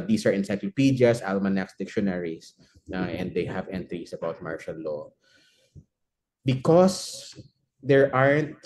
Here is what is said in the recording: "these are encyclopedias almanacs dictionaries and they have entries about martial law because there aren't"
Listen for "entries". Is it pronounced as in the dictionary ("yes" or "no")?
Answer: no